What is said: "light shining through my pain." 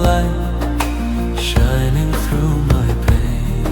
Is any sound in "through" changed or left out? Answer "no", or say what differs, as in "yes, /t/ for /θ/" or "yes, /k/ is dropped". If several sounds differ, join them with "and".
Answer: no